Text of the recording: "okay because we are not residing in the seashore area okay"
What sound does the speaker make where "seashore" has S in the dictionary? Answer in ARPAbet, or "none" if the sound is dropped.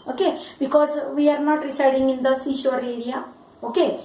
S